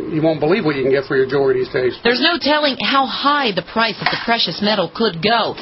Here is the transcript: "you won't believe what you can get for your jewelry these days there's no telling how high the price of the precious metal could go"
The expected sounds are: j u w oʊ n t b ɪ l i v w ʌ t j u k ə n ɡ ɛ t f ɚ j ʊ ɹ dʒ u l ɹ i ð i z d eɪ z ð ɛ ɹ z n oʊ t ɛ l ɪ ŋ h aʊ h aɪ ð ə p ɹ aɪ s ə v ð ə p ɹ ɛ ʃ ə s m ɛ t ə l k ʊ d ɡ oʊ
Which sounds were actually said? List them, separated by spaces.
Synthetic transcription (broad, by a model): j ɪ w oʊ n b ɪ l i v w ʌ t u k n ɡ ɛ t f ɚ j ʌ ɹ dʒ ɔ ɹ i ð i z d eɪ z ð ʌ ɹ z n oʊ t ɛ l ɪ ŋ h aʊ h aɪ ð ə p ɹ aɪ s ə v ð ə p ɹ ɛ ʃ ə s m ɛ t l k ʊ d ɡ oʊ